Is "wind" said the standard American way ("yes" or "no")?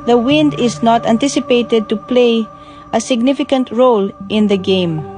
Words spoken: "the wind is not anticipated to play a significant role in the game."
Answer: yes